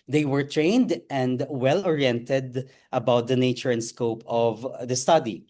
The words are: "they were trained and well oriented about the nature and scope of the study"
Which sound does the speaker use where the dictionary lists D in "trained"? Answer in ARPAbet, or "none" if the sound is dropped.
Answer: D